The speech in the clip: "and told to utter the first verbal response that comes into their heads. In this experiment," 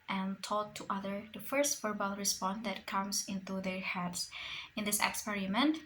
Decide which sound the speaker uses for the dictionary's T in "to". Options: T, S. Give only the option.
T